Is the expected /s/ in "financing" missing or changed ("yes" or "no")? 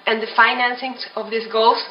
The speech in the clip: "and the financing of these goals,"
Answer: no